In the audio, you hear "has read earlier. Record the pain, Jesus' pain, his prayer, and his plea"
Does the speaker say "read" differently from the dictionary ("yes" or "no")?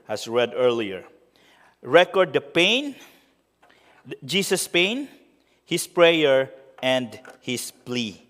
no